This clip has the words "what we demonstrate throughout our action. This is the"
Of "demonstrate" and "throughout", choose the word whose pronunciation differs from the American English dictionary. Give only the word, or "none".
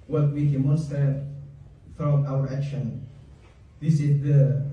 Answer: throughout